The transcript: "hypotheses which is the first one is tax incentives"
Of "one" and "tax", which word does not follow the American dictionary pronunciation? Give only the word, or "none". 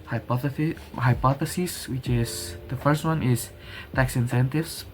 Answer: none